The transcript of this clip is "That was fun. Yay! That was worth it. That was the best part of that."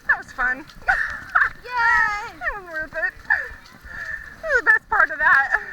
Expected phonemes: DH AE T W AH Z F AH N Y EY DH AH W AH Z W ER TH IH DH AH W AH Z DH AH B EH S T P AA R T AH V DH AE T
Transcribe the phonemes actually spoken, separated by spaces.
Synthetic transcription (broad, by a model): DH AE T W AH Z F AH N Y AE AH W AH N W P IH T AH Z DH AH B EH S P AA R T AH V DH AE T